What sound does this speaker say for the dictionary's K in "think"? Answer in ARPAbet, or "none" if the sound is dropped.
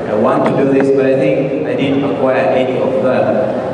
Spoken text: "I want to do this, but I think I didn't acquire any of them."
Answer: none